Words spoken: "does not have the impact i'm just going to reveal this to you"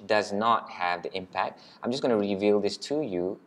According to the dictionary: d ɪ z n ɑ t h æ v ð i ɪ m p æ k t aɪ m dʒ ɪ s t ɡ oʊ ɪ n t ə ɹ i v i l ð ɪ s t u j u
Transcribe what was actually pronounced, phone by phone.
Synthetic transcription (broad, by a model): d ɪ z n ɑ t h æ v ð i ɪ m p æ k t aɪ m dʒ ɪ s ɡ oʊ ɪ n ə ɹ i v i l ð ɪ s t u j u